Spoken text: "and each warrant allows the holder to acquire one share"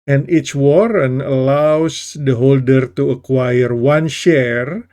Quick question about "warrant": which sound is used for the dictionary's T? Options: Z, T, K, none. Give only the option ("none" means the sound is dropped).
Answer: none